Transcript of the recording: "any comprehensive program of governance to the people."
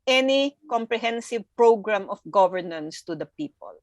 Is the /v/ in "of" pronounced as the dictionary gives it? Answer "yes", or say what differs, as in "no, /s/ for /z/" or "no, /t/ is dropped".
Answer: no, /f/ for /v/